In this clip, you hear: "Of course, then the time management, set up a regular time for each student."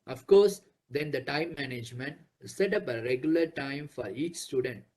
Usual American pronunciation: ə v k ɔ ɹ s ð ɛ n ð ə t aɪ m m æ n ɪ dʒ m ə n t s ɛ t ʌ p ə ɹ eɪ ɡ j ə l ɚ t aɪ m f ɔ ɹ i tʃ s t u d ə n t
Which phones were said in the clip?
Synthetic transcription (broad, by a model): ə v k ɔ ɹ s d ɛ n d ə t aɪ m m æ n ɪ dʒ m ə n t s ɛ t ʌ p ə ɹ eɪ ɡ j ə l ɚ t aɪ m f ɔ ɹ i tʃ s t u d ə n t